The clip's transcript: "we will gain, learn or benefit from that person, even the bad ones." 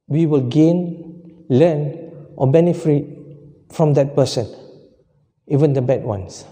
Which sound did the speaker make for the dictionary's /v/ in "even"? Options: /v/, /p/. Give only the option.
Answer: /v/